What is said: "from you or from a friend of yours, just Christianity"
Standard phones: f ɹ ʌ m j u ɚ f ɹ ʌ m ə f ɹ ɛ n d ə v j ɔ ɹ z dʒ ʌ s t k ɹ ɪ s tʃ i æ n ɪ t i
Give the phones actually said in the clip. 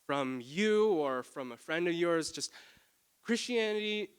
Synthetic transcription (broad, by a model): f ɹ ʌ m j u ɚ f ɹ ʌ m ə f ɹ ɛ n d ə v j ɔ ɹ z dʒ ʌ s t k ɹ ɪ s tʃ i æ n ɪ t i